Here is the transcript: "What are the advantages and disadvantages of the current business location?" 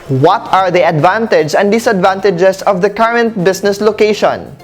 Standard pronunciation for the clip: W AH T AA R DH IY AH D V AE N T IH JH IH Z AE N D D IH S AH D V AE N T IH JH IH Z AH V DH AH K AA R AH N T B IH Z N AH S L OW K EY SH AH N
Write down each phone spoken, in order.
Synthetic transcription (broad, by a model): W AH T AA R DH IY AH D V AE N T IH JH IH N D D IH S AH D V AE N T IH JH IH S AH V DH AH K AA R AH N T B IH S N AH S L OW K EY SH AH N